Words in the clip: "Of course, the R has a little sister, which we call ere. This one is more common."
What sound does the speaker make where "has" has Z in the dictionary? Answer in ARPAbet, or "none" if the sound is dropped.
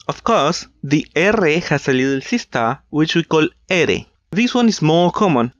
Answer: S